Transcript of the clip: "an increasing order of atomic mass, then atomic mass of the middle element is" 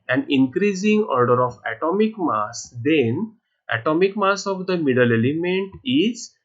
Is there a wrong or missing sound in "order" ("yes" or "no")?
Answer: no